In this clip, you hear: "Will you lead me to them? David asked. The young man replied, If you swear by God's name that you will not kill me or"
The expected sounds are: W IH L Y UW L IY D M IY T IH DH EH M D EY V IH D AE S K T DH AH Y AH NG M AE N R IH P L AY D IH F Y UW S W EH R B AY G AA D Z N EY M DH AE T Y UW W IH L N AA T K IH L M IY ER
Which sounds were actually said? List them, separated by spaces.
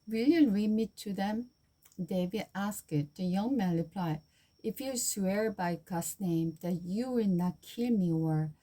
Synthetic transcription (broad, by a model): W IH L Y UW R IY M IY T IH DH EH M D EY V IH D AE S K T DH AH Y AH NG M AE N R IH P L AY IH F Y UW S W EH R B AY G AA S N EY M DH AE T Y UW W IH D N AA T K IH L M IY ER